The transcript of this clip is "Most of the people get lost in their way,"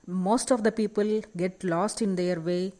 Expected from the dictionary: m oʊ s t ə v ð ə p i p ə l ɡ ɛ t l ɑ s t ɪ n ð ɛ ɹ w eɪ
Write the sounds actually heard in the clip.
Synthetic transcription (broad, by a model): m oʊ s t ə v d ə p i p ə l ɡ ɛ t l ɑ s t ɪ n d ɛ ɹ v eɪ